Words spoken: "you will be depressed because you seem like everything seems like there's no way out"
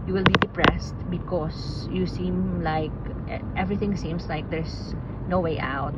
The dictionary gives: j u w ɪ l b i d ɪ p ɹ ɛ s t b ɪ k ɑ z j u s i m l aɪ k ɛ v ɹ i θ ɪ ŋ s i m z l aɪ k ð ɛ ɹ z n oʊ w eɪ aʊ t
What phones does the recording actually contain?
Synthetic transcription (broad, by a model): j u w ɪ l b i d ɪ p ɹ ɛ s t b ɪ k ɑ s j u s i m l aɪ k ɛ v ɹ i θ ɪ ŋ s i m s l aɪ k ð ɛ ɹ s n oʊ w eɪ aʊ t